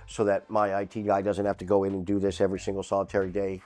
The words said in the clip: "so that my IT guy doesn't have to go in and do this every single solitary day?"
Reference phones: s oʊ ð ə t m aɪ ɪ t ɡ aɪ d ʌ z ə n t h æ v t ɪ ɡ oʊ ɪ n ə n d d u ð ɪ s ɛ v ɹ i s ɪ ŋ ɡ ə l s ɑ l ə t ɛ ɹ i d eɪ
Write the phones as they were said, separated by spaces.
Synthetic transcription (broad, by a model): s oʊ ð ə t m aɪ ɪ t ɡ aɪ d ʌ z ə n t h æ f t ɪ ɡ oʊ ɪ n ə n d d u ð ɪ s ɛ v ɹ i s ɪ ŋ ɡ l s ɑ l ə t ɛ ɹ i d eɪ